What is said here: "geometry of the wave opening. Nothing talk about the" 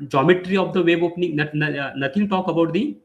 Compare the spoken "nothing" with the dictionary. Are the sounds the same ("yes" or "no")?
no